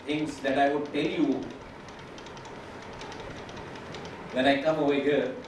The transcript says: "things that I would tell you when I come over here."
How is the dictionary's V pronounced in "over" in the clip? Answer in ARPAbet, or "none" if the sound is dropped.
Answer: none